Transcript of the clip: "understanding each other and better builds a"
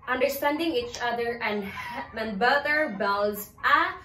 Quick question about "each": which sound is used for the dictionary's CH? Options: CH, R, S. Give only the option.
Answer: CH